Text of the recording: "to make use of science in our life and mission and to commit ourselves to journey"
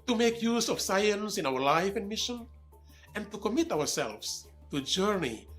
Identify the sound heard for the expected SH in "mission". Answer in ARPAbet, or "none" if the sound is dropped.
SH